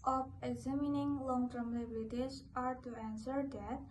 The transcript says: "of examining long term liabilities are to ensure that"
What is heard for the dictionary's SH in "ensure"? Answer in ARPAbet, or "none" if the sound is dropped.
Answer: S